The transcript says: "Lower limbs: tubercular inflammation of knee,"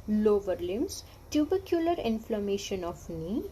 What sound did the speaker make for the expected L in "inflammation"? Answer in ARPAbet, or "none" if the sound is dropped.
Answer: L